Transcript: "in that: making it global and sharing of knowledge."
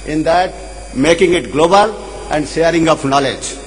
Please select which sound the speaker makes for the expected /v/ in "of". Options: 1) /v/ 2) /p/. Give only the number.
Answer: 2